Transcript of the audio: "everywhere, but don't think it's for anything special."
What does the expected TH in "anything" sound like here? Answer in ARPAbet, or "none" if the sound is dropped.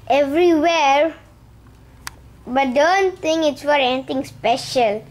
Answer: T